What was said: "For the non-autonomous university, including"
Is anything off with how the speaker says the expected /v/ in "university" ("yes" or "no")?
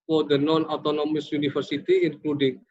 yes